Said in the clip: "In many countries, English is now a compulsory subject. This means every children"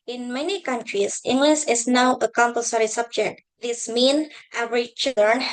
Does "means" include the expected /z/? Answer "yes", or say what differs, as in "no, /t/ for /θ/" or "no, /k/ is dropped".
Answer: no, /z/ is dropped